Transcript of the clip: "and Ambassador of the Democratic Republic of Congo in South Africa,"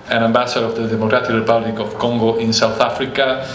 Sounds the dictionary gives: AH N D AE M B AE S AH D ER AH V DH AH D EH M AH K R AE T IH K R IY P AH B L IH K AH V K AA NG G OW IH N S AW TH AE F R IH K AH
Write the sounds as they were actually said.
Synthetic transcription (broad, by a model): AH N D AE M B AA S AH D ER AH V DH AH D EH M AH K R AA T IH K R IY P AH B L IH K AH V K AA NG G OW IH N S AW TH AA F R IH K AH